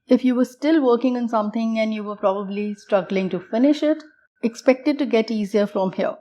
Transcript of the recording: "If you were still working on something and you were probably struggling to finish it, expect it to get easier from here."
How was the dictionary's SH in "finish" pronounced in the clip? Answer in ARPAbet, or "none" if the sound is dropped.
SH